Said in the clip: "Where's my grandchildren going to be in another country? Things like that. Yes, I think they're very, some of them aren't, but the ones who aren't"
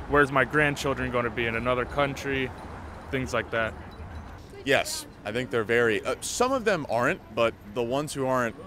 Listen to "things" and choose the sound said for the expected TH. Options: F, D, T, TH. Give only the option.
TH